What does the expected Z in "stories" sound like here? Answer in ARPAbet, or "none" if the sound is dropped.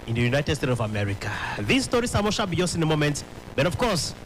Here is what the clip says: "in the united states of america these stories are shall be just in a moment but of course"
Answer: S